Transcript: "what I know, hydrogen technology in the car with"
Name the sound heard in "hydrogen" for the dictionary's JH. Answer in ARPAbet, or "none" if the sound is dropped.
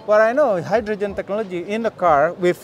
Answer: JH